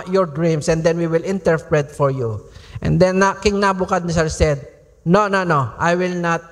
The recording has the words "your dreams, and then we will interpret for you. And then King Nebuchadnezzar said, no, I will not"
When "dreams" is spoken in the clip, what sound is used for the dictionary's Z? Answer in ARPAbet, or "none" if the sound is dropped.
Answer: S